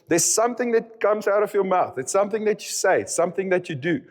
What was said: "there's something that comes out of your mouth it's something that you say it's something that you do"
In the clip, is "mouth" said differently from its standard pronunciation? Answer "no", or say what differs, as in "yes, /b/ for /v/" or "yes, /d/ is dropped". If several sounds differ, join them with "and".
no